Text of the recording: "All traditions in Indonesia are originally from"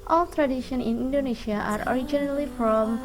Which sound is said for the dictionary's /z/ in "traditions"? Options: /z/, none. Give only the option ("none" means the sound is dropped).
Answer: none